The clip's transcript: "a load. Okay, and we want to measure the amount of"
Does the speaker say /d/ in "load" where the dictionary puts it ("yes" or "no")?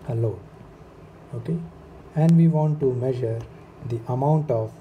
no